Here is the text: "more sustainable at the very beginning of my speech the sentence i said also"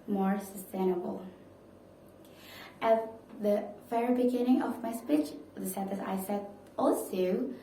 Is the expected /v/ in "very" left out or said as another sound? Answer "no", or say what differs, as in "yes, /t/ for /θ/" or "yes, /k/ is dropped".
yes, /f/ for /v/